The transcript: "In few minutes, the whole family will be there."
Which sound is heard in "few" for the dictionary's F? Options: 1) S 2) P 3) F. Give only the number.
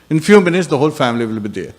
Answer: 3